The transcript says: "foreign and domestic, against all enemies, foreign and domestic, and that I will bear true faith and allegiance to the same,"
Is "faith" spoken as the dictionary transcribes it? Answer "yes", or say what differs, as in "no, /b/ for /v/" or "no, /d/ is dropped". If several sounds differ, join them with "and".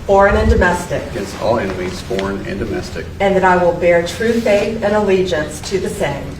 yes